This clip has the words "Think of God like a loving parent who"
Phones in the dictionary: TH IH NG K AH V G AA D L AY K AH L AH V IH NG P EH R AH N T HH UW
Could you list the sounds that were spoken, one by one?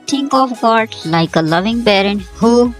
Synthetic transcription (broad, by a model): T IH NG K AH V G AA D L AY K AH L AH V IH NG B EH R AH N HH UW